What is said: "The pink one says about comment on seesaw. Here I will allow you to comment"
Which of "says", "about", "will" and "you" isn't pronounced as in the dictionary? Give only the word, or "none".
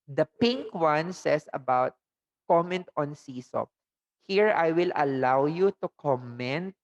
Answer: says